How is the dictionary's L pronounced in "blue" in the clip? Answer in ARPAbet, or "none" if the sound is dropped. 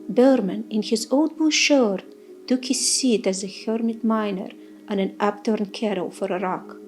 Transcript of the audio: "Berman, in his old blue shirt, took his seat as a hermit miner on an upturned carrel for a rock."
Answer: none